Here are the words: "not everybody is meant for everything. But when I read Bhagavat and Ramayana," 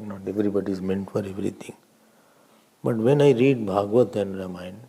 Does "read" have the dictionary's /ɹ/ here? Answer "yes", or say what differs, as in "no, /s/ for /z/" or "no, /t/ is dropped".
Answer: yes